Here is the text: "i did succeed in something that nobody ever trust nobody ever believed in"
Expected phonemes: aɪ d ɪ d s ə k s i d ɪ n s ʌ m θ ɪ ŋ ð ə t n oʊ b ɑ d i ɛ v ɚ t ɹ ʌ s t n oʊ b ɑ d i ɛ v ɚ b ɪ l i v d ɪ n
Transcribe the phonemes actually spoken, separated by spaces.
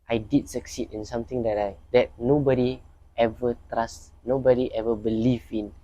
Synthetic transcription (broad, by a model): aɪ d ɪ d s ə k s i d ɪ n s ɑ m t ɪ ŋ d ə t n oʊ b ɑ d i ɛ v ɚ t ɹ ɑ s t n oʊ b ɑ d i ɛ v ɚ b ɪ l i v ɪ n